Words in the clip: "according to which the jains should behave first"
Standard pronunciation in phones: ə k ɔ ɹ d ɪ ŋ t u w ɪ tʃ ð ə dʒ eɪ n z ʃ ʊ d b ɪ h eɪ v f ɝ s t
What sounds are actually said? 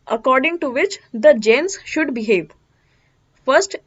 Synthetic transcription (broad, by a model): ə k ɔ ɹ d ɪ ŋ t u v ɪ tʃ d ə dʒ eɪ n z ʃ ʊ d b ɪ h eɪ v f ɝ s t